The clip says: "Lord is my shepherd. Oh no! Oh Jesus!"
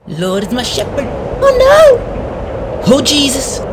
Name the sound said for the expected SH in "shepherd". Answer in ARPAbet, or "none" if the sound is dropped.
SH